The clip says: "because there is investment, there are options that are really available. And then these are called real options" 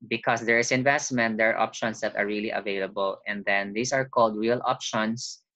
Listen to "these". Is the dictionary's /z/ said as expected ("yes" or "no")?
no